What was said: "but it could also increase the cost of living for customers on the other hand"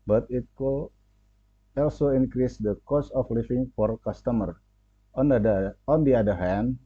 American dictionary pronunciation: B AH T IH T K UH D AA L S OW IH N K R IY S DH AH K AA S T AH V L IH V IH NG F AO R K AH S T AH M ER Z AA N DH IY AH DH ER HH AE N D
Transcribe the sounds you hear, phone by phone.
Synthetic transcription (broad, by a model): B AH T IH T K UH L AA L S OW IH N K R IY S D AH K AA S AH F L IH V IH NG F AO R K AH S T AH M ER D AA N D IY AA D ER HH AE N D